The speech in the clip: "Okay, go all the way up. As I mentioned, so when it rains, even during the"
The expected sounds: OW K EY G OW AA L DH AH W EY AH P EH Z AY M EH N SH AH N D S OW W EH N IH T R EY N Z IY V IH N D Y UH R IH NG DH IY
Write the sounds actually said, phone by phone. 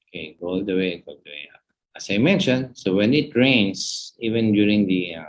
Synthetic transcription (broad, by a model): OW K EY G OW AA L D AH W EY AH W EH S AY M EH N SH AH N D S OW W EH N IH T R EY N S IY V IH N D Y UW R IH NG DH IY